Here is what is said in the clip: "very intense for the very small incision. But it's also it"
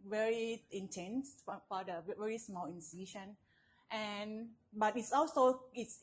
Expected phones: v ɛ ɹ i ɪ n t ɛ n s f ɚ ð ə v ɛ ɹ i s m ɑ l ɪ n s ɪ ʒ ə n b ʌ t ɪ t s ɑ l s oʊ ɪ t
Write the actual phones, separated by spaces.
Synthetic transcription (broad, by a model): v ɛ ɹ i ɪ n t ɛ n s f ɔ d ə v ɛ ɹ i s m ɑ l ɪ n s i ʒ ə n b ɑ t ɪ t s ɑ l s oʊ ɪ t